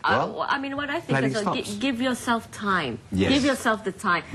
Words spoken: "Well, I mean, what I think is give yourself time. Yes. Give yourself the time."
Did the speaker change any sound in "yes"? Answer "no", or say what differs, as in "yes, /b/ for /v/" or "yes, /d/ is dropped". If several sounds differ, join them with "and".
yes, /s/ is dropped